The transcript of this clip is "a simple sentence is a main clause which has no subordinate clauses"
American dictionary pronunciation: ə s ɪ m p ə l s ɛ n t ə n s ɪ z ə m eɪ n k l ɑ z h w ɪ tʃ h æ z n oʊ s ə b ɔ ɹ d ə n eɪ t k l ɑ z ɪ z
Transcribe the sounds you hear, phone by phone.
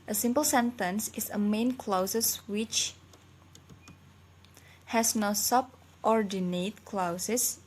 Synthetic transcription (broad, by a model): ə s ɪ m p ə l s ɛ n t ə n s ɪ s ə m eɪ n k l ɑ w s w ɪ tʃ h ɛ s n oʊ s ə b ɔ ɹ d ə n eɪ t k l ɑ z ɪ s